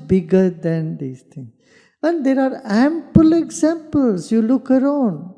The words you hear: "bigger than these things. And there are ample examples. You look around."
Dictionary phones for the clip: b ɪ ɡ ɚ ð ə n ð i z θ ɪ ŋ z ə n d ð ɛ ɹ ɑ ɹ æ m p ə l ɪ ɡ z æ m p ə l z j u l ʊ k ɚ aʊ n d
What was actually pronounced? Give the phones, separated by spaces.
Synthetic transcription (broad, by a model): b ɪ ɡ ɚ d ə n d i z t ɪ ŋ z ə n d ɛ ɹ ɑ ɹ æ m p ə l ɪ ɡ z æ m p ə l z j u l ʊ k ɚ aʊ n d